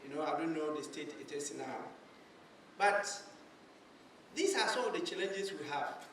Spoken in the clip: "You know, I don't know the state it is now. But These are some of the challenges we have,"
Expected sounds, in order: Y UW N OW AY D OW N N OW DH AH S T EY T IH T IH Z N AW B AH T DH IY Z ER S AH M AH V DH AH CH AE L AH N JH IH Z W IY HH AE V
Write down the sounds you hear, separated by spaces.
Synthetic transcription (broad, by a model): Y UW N OW AY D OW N N OW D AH S T EY T IH T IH S N AW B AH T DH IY S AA S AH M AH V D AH CH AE L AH N JH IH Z W IY HH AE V